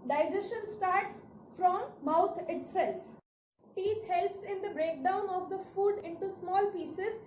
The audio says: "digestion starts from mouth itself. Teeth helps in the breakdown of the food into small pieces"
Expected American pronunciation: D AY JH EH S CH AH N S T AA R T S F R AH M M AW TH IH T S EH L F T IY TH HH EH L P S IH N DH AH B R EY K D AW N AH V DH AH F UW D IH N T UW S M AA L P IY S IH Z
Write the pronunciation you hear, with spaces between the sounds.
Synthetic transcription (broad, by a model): D AY JH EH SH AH N S T AA R T S F R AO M M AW T IH T S EH L F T IY T HH EH L P S IH N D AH B R EY K D AW N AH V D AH F UW D IH N T UW S M AA L P IY S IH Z